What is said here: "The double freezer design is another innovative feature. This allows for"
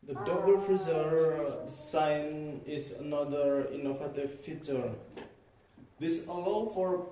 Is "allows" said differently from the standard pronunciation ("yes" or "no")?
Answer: yes